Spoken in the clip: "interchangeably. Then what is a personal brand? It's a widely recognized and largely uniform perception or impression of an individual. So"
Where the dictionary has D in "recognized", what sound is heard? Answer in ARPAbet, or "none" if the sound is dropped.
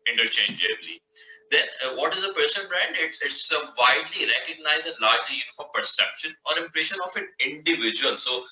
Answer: none